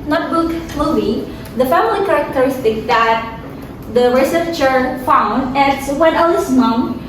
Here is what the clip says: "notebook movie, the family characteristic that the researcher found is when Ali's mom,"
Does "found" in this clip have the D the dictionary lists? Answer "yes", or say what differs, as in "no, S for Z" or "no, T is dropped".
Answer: yes